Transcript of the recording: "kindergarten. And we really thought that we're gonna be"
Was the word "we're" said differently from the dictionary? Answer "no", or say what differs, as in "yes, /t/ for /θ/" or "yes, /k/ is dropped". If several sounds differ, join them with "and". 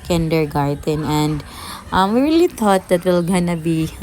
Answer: yes, /l/ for /ɹ/